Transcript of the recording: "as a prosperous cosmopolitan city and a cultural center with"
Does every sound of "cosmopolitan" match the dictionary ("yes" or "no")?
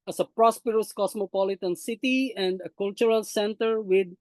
no